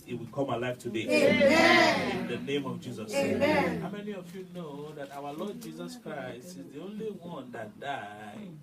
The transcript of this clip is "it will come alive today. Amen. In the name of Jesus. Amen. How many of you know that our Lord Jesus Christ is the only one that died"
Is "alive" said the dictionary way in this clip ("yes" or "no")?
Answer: no